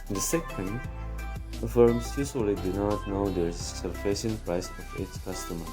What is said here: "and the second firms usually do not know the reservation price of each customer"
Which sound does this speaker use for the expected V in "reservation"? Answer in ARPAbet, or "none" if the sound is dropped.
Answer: F